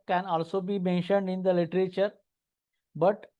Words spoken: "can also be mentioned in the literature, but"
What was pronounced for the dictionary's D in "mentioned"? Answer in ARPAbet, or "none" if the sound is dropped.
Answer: D